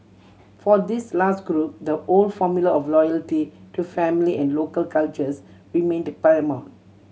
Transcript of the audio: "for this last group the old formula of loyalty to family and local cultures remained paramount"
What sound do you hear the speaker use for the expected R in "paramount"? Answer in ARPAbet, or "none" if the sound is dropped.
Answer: none